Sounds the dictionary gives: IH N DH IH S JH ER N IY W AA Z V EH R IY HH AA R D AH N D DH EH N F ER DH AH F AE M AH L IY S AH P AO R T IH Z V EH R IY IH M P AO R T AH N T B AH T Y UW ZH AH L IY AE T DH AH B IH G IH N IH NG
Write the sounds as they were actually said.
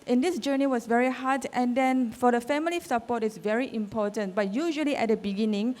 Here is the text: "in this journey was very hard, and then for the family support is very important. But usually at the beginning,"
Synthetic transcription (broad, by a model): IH N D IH S JH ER N IY W AA S V EH R IY HH AA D AH N D EH N F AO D AH F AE M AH L IY S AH P AO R T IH S V EH R IY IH M P AO T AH N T B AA T Y UW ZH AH L IY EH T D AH B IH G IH N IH NG